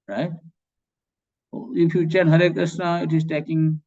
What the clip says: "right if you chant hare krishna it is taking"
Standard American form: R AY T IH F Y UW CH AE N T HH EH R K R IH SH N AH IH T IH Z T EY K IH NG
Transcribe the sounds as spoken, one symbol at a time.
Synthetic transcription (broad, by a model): R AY T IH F Y UW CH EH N HH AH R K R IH S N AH IH T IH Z T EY K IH NG